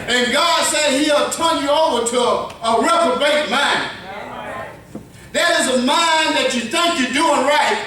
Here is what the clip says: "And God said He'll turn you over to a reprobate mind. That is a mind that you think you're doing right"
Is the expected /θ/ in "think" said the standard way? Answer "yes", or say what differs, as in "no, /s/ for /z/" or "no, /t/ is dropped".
yes